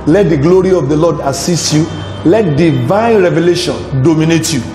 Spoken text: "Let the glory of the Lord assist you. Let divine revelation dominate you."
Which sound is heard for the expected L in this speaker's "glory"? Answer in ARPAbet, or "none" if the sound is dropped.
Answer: L